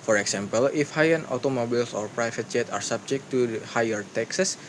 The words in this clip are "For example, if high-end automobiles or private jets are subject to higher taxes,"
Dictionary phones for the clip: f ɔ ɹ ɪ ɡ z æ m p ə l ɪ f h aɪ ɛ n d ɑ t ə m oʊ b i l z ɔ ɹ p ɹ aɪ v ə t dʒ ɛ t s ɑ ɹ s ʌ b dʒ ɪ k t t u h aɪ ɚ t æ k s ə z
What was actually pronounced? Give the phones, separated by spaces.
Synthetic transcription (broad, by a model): f ɔ ɹ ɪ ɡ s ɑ m p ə l ɪ f h aɪ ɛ n ɑ t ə m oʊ b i l s ɔ ɹ p ɹ aɪ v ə t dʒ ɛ t ɑ ɹ s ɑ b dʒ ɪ k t t u h aɪ ɚ t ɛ k s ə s